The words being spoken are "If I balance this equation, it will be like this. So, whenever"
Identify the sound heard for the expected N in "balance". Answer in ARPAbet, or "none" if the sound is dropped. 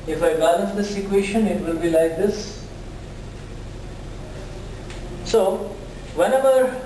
none